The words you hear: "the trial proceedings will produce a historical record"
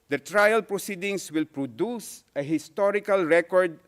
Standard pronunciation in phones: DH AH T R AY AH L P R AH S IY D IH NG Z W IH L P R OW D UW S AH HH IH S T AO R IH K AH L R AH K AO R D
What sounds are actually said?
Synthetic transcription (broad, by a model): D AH T R AY AH L P R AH S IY D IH NG S W IH L P R OW D UW S AH HH IH S T AO R IH K AH L R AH K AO R D